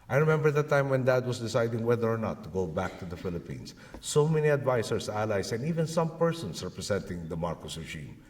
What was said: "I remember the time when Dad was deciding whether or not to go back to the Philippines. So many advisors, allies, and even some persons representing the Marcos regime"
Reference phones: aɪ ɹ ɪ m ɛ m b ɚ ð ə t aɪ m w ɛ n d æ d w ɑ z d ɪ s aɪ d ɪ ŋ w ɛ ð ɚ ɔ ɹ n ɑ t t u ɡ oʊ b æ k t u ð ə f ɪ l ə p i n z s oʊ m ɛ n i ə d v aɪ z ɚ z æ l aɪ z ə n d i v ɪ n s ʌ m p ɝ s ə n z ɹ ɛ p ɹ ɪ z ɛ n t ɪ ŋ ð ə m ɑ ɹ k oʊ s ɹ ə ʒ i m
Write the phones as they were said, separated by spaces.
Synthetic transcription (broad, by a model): aɪ ɹ ɪ m ɛ m b ɚ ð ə t aɪ m w ɛ n d æ d w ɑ s d ɪ s aɪ d ɪ ŋ w ɛ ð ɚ ɔ ɹ n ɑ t t u ɡ oʊ b æ k t u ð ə f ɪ l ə p i n s oʊ m ɛ n i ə d v aɪ s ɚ s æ l aɪ s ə n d i v ɪ n s ʌ m p ɝ s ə n s ɹ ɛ p ɹ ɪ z ɛ n t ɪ ŋ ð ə m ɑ ɹ k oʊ s ɹ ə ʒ i m